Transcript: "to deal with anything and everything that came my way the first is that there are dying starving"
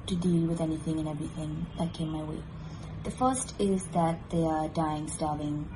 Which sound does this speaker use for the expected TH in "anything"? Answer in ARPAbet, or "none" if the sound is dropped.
TH